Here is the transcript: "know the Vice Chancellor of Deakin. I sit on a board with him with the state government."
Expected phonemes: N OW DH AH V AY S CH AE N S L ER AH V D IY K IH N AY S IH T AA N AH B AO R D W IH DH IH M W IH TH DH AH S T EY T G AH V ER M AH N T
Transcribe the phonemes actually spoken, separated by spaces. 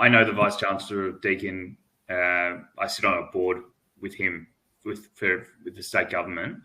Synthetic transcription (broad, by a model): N OW DH AH V AY S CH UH N S L ER AH V D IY K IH N AY S IH T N AH B AO R D W IH DH IH M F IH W DH AH S T EY T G AH V ER M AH N T